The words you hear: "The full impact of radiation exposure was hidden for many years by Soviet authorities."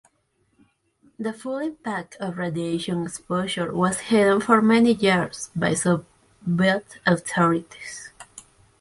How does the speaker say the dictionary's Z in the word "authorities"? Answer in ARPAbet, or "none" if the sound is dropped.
S